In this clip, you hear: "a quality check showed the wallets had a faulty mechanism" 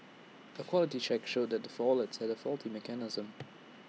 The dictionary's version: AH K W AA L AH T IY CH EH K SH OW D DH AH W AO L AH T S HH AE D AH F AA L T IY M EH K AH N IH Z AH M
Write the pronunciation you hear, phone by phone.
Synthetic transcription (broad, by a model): AH K W AA L AH T IY CH EH K SH OW D DH AH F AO L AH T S HH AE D AH F AA L T IY M EH K AH N IH Z AH M